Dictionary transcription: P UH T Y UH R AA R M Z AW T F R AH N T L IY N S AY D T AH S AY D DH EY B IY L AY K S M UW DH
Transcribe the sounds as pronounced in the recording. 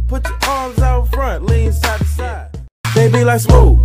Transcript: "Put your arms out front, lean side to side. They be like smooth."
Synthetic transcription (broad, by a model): P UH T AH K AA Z AW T F R AH N T L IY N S AY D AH S AY D DH EY B IY L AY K S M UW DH